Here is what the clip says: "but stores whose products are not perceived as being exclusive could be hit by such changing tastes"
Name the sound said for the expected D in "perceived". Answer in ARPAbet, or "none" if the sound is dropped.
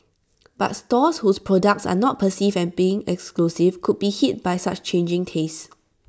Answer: none